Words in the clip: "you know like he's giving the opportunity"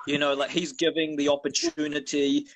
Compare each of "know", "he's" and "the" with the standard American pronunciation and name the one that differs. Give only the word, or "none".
none